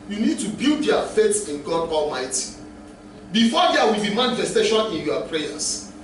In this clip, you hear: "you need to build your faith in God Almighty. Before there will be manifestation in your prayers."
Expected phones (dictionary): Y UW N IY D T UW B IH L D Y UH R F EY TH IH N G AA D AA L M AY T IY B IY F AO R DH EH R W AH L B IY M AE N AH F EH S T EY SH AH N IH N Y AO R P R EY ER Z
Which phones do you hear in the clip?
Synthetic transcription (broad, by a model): Y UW N IY D T UW B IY L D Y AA F EY S IH N G AA D AA L M AY T IY B IY F AO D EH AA W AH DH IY M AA N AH F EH S T EY SH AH N IH N Y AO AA P R EY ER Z